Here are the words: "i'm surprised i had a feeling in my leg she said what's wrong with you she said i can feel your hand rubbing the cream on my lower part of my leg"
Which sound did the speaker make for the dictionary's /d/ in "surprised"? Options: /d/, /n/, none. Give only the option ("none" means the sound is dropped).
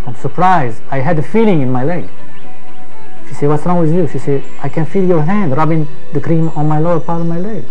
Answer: none